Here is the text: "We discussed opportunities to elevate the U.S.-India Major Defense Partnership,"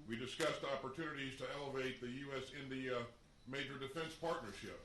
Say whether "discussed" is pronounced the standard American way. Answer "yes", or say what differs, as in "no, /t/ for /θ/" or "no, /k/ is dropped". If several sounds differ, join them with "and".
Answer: yes